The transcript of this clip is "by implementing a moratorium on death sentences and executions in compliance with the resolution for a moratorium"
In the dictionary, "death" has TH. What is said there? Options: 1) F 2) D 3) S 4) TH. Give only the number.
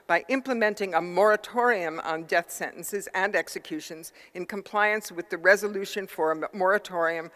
4